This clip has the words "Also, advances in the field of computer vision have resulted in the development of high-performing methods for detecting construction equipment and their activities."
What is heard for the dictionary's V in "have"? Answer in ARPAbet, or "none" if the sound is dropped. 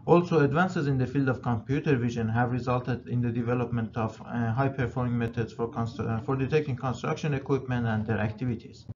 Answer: V